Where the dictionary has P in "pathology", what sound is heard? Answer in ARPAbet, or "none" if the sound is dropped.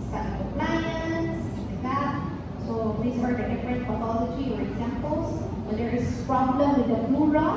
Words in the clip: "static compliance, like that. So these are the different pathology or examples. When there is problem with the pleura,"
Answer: F